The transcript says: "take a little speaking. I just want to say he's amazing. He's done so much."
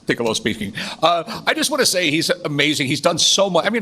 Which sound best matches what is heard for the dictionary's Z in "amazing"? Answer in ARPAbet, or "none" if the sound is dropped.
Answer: Z